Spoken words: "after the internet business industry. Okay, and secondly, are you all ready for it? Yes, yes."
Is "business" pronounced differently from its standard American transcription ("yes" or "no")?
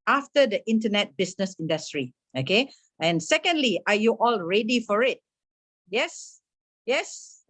yes